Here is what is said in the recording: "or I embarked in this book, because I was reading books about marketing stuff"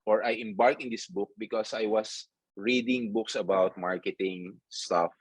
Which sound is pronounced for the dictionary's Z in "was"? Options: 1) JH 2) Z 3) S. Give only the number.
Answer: 3